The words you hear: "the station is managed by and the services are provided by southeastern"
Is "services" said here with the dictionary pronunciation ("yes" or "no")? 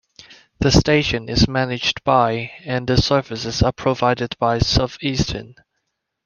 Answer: no